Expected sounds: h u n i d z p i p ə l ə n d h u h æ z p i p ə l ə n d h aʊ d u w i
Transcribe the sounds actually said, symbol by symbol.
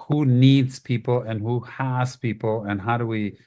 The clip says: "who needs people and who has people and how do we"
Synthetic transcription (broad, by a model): h u n i d z p i p l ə n h u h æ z p i p l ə n h aʊ d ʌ w i